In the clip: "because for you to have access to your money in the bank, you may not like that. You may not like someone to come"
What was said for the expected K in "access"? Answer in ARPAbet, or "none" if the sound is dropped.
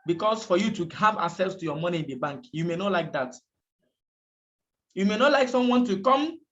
none